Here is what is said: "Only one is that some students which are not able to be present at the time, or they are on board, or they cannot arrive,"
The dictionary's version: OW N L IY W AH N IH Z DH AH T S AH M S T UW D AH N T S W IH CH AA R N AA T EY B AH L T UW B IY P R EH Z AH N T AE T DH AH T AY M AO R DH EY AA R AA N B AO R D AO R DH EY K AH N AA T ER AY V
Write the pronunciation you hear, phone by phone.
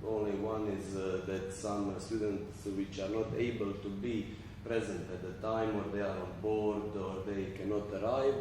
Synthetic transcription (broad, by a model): OW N L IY W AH N IH Z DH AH T S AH M S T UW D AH N T S W IH CH AA R N AA T EY B AH L T UW B IY P R EH Z AH N T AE T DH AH T AY M AO R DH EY AA R AA N B AO R D AO R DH EY K AH N AA T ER AY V